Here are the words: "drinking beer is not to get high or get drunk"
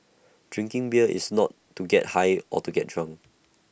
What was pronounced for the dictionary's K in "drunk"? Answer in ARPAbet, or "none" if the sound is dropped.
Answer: none